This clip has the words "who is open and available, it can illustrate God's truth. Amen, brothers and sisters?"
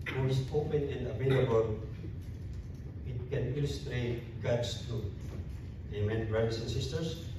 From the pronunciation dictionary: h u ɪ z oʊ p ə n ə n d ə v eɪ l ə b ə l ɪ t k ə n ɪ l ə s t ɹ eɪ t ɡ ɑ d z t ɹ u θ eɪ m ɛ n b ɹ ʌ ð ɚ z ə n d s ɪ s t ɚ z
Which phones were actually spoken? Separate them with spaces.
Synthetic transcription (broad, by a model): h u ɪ s oʊ p ə n ə n d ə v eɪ l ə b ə l ɪ t k ə n ɪ l ə s t ɹ eɪ t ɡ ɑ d s t u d eɪ m ɛ n b ɹ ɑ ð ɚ s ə n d s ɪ s t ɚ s